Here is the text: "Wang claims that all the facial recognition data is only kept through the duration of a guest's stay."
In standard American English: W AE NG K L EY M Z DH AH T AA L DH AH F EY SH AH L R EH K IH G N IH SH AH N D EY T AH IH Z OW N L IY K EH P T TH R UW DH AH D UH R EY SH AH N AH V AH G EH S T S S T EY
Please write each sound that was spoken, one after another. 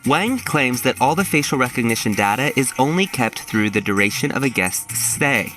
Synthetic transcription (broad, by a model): W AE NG K L EY M Z DH AH T AA L DH AH F EY SH L R EH K IH G N IH SH AH N D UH T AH IH Z OW N L IY K EH P T TH R UW DH AH D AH R EY SH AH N AH V AH G EH S T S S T EY